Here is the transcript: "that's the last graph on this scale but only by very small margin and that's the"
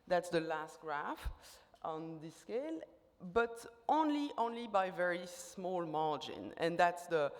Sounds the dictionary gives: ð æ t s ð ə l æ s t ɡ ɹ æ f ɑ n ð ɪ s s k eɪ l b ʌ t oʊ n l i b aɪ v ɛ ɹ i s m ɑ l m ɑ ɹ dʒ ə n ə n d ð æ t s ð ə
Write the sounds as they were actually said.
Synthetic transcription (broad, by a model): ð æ t s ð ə l æ s t ɡ ɹ æ f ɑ n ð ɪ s s k eɪ l b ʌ t oʊ n l i b aɪ v ɛ ɹ i s m ɑ l m ɑ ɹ dʒ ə n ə n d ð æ t s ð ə